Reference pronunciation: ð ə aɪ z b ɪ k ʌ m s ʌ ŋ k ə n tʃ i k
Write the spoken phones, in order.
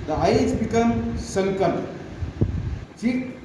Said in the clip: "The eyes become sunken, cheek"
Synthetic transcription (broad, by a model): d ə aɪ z b ɪ k ʌ m s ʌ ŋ k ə l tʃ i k